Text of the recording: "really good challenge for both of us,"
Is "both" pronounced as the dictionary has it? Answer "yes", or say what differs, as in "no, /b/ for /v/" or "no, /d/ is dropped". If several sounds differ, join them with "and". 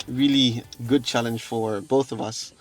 yes